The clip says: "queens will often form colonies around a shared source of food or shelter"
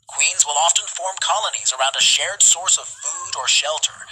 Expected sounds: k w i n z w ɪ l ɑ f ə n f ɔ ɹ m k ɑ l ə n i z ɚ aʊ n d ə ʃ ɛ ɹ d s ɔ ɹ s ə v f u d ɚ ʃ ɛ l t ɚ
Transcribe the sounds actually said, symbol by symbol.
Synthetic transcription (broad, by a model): k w i n z w ɪ l ɑ f ə n f ɔ ɹ m k ɑ l ə n i z ɚ aʊ n d ə ʃ ɛ ɹ d s ɔ ɹ s ə v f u d ɚ ʃ ɛ l t ɚ